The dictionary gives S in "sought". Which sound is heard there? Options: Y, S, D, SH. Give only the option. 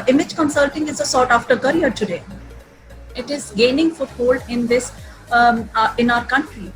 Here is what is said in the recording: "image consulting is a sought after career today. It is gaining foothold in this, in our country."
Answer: S